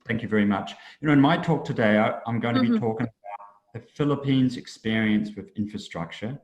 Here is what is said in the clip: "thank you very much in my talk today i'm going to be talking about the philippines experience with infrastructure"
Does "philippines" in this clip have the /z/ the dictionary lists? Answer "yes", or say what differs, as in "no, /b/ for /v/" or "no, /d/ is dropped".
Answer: yes